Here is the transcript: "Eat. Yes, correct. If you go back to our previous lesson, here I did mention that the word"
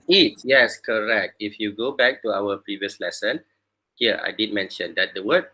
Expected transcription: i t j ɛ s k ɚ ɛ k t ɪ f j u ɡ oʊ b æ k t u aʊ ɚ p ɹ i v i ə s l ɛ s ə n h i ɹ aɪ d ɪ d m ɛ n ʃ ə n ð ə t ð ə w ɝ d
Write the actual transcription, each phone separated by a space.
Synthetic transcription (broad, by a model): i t j ɛ s k ɚ ɛ k t ɪ f j u ɡ oʊ b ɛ k t u aʊ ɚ p ɹ i v i ə s l ɛ s ə n h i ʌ aɪ d ɪ d m ɛ n ʃ ə n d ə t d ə w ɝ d